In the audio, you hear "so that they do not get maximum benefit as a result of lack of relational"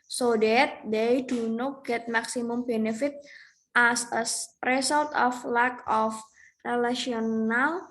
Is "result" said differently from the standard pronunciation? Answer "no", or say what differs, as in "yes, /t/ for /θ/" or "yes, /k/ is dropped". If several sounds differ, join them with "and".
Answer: yes, /s/ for /z/